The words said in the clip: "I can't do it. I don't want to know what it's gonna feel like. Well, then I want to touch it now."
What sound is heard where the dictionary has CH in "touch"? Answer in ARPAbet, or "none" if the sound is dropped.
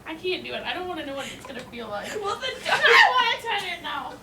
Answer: none